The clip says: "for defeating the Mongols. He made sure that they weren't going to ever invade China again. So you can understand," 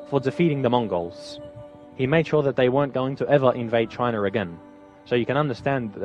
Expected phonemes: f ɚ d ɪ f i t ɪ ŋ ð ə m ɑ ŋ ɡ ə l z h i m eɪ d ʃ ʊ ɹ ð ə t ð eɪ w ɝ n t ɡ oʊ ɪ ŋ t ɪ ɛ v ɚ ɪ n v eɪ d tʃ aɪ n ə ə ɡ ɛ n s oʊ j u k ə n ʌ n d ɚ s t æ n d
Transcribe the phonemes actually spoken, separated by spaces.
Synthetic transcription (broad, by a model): f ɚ d ɪ f i t ɪ ŋ ð ə m ɑ ŋ ɡ ə l z h i m eɪ d ʃ ʊ ɹ ð ə t ð eɪ w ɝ n ɡ oʊ ɪ ŋ t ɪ ɛ v ɚ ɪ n v eɪ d tʃ aɪ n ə ə ɡ ɛ n s oʊ j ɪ k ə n ʌ n d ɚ s t æ n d